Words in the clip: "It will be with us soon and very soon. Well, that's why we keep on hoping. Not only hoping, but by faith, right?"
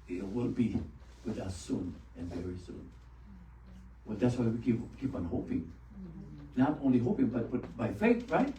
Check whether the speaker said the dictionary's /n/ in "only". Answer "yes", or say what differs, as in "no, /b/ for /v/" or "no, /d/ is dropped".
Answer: yes